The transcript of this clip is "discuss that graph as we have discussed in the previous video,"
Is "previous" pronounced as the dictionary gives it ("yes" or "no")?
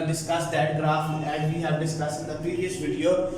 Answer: no